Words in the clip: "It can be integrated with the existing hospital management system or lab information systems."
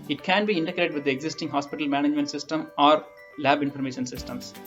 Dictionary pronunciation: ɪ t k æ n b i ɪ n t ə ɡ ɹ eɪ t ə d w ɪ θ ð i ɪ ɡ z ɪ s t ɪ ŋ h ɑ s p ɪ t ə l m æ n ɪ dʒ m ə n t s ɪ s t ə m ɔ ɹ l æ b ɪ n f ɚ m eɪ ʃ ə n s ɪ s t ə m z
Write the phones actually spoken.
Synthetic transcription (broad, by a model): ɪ t k æ n b i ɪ n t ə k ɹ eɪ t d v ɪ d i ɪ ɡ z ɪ s t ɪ ŋ h ɑ s p ɪ t ə l m æ n ɪ dʒ m ə n t s ɪ s t ə m ɔ ɹ l æ b ɪ n f ɚ m eɪ ʃ ə n s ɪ s t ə m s